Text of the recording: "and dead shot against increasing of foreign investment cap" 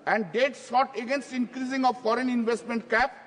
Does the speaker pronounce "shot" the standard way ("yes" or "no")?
no